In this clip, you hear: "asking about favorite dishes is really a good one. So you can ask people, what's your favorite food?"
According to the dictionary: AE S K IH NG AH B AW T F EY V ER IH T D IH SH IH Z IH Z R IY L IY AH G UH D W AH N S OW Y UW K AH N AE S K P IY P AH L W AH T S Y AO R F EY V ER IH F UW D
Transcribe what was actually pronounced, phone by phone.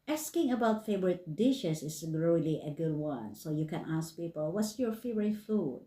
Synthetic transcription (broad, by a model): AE S K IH NG AH B AW T F EY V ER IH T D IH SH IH S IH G R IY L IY AH G UH D W AH N S OW Y UW K AH N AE S K P IY P AH L W AH T S Y AO R F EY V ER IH F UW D